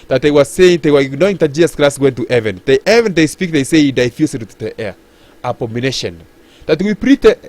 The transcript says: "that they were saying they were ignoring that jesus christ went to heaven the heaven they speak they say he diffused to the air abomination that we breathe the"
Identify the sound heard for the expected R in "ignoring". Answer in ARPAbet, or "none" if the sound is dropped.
none